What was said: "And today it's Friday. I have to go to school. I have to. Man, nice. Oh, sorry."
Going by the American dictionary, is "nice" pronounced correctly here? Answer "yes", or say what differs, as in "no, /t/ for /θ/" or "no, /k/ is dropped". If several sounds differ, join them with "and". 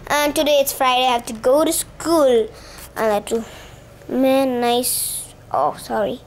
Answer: yes